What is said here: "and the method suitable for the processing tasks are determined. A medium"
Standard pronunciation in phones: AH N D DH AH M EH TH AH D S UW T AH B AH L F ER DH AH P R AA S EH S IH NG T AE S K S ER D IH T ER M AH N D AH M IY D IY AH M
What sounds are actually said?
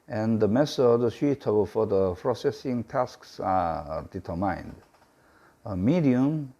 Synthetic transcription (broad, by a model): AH N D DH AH M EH S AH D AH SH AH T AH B F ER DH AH P R AA S EH S IH NG T AE S K S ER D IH T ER M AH N D AH M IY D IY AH M